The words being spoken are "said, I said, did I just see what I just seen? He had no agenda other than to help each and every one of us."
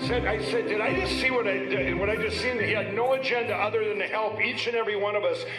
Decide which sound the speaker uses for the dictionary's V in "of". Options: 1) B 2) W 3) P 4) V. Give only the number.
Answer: 4